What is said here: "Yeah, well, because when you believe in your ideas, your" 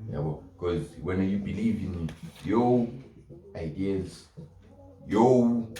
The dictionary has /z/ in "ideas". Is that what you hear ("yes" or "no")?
no